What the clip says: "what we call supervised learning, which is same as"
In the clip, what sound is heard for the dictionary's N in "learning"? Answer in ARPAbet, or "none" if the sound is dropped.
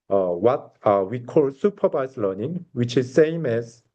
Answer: N